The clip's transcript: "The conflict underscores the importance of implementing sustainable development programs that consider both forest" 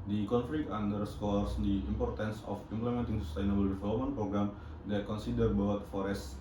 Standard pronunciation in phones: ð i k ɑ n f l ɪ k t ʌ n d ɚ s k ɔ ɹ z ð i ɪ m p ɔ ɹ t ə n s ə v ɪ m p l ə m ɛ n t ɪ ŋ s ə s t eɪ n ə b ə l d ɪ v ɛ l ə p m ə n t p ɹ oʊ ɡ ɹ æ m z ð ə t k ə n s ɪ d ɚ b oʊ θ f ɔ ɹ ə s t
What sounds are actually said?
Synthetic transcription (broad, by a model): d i k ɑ n f l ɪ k ɑ n d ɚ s k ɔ ɹ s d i ɪ m p ɔ ɹ t ə n s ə f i m p l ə m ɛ n t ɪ ŋ s ə s t eɪ n ə b ə l d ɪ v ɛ l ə p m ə n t p ɹ oʊ ɡ ɹ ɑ m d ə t k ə n s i d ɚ b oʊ t f ɔ ɹ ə s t